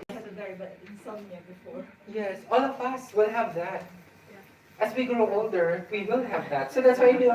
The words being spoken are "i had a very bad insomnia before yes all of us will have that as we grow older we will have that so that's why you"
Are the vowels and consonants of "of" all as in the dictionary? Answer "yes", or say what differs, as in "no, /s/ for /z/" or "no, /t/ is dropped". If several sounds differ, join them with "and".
no, /p/ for /v/